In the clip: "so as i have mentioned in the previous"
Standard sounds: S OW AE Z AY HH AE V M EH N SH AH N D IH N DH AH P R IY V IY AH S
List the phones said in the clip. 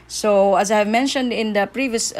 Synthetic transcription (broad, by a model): S OW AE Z AY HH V M EH N SH AH N D IH N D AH P R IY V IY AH S